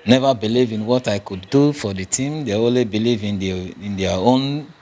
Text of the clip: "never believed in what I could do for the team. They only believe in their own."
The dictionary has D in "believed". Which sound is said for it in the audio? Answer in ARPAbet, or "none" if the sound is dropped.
none